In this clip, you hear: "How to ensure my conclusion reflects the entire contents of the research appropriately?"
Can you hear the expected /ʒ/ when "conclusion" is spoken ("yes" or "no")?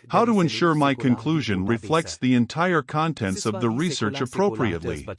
yes